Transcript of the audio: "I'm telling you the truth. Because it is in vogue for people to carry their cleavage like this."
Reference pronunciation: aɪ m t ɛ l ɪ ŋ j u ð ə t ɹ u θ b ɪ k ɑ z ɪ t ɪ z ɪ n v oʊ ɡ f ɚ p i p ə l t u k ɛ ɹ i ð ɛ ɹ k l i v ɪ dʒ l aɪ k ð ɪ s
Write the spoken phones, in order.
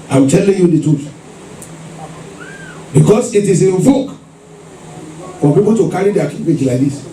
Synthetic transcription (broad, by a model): aɪ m t ɛ l ɪ ŋ j u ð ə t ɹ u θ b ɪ k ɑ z ɪ t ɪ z ɪ n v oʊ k f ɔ p i p ə l t u k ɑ ɹ i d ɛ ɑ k i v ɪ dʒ l aɪ k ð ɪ s